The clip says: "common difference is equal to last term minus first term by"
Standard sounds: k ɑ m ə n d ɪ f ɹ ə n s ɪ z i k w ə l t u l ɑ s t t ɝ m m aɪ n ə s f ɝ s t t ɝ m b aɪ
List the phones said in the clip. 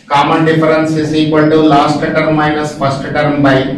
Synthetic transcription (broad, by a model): k ɑ m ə n d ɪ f ɹ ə n s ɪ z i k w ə n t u l ɑ s t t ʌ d m aɪ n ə s p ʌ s t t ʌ m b aɪ